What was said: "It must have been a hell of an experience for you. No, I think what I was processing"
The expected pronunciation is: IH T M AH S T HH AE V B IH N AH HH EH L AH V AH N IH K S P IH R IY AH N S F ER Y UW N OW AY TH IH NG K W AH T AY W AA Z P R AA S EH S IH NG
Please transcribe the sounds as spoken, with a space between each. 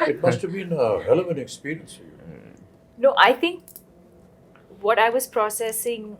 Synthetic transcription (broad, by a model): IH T M AH S T HH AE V B IH N AH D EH L AH V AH N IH K S P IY R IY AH N S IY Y N OW AY T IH NG K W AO T AY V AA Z P R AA S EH S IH NG